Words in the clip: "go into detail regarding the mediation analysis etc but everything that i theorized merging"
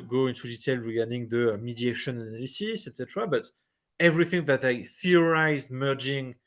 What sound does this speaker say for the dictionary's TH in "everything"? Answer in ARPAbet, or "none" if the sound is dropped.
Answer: TH